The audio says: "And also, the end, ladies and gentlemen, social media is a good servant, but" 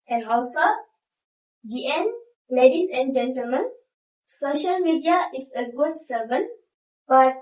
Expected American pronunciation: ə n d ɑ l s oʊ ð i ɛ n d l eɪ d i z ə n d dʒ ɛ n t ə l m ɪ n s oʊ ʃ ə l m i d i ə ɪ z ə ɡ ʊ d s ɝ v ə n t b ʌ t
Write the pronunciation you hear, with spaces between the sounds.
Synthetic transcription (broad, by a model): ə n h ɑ w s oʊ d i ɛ n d l eɪ d i s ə n dʒ ɛ n t ə l m ɪ n s oʊ ʃ ə l m i d i ə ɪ s ə ɡ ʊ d s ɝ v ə n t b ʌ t